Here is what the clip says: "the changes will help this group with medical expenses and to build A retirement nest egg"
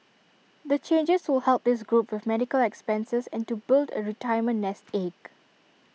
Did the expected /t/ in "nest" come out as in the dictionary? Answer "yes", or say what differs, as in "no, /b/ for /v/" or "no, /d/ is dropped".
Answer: yes